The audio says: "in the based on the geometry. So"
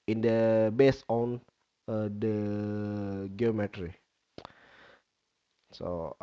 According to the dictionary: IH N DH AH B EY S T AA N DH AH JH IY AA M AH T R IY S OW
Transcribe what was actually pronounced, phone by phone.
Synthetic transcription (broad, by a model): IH N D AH B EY S AA N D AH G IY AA M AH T R IY S OW